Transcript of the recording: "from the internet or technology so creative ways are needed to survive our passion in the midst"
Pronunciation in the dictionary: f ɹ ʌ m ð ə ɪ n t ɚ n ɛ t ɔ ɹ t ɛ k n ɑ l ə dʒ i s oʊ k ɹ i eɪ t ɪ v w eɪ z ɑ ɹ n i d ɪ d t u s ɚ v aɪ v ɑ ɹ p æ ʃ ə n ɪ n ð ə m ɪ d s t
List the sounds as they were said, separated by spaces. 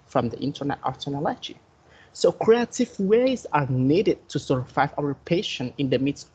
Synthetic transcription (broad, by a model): f ɹ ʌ m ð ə ɪ n t ɚ n ɛ t ɔ ɹ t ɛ n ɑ l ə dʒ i s oʊ k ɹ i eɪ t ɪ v w eɪ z ɑ ɹ n i d ɪ d t u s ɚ f aɪ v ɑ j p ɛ ʃ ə n ɪ n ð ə m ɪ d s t